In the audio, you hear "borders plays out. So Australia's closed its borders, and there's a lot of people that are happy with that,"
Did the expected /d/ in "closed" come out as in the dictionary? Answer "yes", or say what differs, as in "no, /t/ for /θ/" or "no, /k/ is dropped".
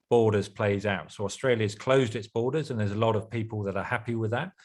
yes